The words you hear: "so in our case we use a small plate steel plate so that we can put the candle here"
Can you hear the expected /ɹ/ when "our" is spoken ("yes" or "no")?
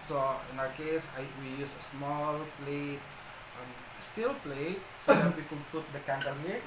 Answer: no